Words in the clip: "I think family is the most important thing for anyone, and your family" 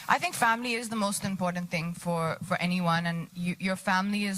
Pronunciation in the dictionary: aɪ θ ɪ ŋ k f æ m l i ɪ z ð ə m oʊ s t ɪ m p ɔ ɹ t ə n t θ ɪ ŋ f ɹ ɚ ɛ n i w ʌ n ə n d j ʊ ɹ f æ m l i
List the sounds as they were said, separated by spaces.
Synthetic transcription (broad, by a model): aɪ θ ɪ ŋ k f æ m l i ɪ z ð ə m oʊ s t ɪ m p ɔ ɹ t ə n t θ ɪ ŋ f ɹ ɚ ɛ n i w ʌ n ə n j j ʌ ɹ f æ m l i